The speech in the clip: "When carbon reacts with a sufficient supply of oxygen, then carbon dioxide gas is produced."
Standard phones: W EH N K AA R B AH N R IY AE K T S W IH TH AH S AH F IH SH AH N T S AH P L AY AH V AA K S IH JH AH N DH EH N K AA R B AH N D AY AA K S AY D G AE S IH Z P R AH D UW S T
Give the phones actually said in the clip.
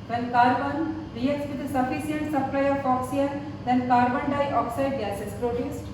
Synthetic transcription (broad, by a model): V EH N K AA R B AH N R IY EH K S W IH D AH S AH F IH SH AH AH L S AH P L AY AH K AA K S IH AH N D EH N K AA R B AH N D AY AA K S AY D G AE S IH S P R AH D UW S T